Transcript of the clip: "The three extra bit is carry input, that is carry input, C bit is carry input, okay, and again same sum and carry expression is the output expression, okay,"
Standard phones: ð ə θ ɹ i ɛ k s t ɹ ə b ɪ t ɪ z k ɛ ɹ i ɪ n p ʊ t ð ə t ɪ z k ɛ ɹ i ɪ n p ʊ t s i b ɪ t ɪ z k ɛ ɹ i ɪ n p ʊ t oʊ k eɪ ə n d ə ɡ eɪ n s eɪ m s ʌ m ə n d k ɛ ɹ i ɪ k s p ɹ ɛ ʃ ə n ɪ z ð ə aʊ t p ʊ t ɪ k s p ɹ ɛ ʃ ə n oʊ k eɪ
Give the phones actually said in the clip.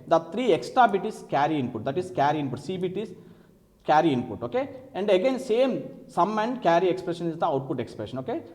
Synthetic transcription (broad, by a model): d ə t ɹ i ɛ k s t ɹ ə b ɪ t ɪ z k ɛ ɹ i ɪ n p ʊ t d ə t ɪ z k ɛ ɹ i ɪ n p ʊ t s i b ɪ t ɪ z k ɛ ɹ i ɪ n p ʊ t oʊ k eɪ ə n d ə ɡ eɪ n s eɪ m s ʌ m ə n d k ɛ ɹ i ɪ k s p ɹ ɛ ʃ ə n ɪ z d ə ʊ t p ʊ t ɪ k s p ɹ ɛ ʃ ə n oʊ k eɪ